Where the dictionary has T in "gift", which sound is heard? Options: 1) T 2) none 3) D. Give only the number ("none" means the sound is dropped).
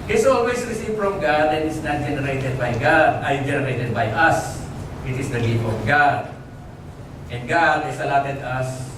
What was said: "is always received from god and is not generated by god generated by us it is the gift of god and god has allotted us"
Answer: 2